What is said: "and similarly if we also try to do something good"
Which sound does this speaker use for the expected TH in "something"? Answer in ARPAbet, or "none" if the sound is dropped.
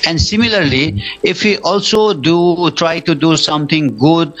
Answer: T